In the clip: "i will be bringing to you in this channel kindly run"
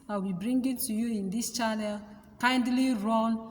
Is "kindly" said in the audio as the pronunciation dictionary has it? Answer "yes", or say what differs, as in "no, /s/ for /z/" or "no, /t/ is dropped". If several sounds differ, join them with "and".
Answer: yes